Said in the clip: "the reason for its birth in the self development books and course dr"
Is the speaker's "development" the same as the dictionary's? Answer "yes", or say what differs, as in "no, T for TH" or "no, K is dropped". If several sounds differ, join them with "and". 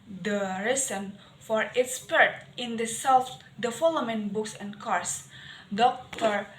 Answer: no, F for V and P is dropped